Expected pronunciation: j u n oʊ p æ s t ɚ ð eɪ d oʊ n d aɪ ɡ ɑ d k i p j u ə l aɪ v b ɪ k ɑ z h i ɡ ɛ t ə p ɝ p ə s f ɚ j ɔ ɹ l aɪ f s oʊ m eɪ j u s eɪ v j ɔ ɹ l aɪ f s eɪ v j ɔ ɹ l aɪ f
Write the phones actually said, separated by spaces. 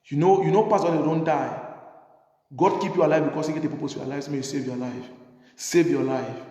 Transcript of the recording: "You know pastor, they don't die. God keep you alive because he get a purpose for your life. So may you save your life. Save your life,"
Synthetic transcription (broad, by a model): j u n oʊ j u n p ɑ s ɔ d oʊ n d aɪ ɡ ɑ d k i p j u ə l aɪ v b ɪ k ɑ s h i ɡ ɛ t ə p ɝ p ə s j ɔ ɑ l aɪ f s oʊ m eɪ j u s eɪ v j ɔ l aɪ f s eɪ v j ɔ l aɪ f